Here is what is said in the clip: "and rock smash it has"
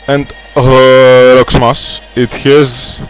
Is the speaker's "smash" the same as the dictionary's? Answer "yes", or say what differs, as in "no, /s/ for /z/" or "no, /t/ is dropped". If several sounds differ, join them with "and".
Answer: no, /s/ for /ʃ/